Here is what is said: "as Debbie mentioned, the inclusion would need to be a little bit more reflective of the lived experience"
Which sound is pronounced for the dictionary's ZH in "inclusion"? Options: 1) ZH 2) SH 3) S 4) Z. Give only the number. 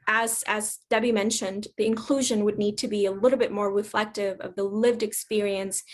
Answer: 1